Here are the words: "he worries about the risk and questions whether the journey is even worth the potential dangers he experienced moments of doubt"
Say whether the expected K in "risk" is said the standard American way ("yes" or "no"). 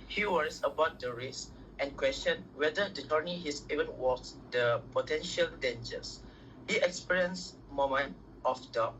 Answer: no